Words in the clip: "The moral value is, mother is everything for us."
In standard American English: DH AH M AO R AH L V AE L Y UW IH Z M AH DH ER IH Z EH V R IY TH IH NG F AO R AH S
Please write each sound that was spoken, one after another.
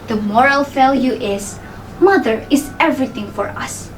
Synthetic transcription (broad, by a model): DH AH M AO R AH L F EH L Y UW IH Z M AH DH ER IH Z EH V R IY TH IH NG F AO R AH S